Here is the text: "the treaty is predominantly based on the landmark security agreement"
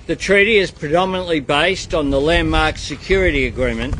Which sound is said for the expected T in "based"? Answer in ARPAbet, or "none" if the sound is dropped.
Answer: T